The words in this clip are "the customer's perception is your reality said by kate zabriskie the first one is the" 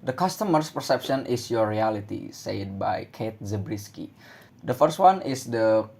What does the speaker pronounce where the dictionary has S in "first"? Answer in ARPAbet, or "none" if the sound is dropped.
S